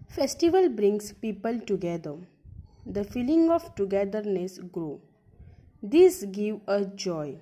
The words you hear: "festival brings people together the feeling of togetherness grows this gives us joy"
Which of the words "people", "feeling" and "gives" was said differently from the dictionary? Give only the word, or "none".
gives